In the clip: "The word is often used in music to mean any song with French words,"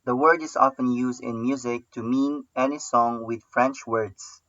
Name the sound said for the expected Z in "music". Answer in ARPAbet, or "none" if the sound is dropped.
Z